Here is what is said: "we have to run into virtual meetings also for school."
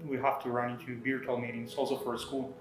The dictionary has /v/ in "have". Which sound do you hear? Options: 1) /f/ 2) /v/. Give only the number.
1